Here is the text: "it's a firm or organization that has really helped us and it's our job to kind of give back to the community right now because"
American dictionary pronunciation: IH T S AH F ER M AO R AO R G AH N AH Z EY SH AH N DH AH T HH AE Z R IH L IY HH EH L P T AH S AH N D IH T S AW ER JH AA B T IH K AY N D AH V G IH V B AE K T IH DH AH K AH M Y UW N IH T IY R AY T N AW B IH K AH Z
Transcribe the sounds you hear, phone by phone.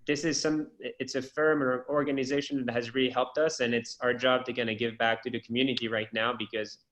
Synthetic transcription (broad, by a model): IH T S AH F ER M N AO R G AH N AH Z EY SH AH N DH AH T HH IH Z R IH L IY HH EH L P T AH S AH N IH T S AW ER JH AA B T IH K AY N AH G IH V B AE K T IH DH AH K M Y UW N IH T IY R AY T N AW B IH K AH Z